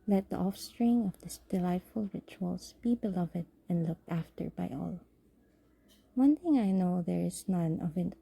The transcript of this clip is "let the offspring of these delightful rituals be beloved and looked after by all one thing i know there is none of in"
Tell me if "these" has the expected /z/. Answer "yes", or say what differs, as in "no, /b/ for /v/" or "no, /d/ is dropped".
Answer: no, /s/ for /z/